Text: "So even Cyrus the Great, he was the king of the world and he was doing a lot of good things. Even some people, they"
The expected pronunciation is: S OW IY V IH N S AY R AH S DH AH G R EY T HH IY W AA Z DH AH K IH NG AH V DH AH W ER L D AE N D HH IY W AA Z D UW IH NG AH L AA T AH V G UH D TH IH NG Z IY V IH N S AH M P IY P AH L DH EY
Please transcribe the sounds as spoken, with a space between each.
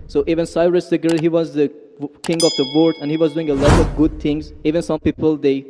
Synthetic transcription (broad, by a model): S OW IY V IH N S AY R AH S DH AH G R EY HH IY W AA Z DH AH K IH NG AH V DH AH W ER D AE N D HH IY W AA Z D UW IH NG AH L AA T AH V G UH D T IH NG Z IY V IH N S AH M P IY P AH L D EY